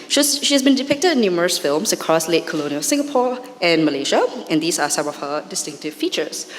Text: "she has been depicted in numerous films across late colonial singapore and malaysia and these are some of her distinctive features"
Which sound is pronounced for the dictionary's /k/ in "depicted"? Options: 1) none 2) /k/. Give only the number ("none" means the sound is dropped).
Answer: 2